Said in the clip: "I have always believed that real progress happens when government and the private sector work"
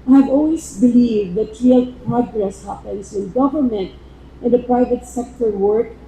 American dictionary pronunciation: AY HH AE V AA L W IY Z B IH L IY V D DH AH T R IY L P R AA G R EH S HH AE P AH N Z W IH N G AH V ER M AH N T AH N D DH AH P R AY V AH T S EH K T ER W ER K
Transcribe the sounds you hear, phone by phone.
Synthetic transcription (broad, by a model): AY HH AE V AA L W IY S B IH L IY V D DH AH T R IY L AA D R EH S HH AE P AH N S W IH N G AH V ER M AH N T AH N D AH P R AY V AH T S EH K T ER W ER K